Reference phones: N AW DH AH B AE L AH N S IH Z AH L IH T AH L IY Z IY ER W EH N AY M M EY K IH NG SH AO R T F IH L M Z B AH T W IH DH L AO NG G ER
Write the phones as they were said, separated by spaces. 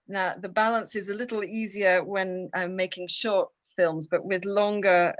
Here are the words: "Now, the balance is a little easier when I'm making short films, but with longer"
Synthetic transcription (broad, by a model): N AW DH AH B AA L AH N S IH Z AH L IH T L IY Z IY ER W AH N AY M M EY K IH NG SH AO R T F IH L M Z B AH T W IH DH L AO NG G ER